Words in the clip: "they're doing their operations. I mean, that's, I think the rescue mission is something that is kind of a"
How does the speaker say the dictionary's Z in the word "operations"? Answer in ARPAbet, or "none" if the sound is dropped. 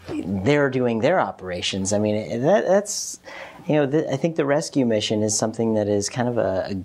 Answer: Z